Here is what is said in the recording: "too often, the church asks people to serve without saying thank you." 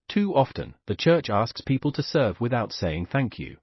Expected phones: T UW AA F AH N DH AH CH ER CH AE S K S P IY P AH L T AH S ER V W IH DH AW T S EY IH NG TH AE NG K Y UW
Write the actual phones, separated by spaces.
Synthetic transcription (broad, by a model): T UW AA F AH N DH AH CH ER CH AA S K S P IY P AH L T AH S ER V W IH DH AW T S EY IH NG TH AE NG K Y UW